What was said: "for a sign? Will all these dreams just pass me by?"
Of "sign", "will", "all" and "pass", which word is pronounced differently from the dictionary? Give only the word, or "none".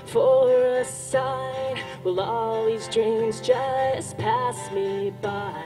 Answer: none